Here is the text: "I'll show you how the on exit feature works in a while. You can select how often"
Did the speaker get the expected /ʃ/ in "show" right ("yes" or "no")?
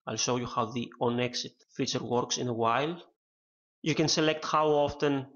no